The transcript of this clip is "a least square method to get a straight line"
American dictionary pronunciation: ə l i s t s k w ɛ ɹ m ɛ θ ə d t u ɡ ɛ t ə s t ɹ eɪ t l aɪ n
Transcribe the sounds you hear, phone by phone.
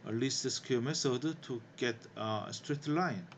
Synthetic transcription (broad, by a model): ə l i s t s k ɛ m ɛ s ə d t u ɡ ɛ t ə s t ɹ eɪ t l aɪ n